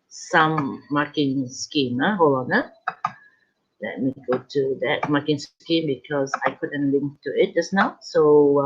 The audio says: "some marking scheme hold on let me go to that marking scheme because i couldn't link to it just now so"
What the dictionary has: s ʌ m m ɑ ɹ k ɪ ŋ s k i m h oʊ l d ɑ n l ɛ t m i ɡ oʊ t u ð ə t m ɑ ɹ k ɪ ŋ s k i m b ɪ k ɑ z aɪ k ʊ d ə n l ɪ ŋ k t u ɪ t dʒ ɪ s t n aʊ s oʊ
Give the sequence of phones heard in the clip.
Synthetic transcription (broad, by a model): s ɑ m m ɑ k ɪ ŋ s k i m h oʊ l ɑ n l ɛ t m i ɡ oʊ t u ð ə t m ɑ k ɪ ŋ s k i m b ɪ k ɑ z aɪ k ʊ d ə n l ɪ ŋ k t u ɪ t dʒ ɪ s n aʊ s oʊ